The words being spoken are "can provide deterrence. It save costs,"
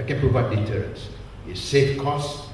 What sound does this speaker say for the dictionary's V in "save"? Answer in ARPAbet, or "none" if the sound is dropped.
F